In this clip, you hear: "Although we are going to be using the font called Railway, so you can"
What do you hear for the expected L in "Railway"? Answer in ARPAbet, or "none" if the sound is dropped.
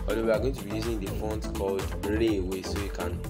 none